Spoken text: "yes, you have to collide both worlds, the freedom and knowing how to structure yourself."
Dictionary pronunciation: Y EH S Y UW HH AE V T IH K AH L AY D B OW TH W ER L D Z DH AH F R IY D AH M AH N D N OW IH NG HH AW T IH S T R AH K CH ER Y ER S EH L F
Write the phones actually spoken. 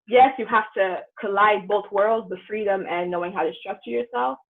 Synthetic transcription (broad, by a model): Y EH S Y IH HH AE F T IH K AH L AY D B OW TH W ER L D Z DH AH F R IY D AH M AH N N OW IH NG HH AW T IH S T R AH K CH ER Y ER S EH L F